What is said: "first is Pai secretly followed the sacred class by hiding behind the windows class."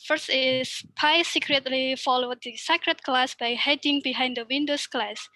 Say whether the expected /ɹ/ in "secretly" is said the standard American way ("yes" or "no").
yes